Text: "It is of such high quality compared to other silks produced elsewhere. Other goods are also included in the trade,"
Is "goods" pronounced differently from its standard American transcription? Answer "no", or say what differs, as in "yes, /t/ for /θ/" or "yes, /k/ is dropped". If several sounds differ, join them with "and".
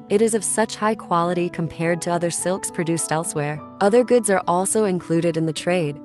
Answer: no